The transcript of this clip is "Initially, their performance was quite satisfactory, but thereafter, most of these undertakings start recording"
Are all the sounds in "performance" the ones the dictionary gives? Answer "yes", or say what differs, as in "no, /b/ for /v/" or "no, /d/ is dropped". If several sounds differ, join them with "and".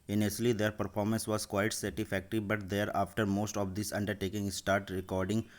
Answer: yes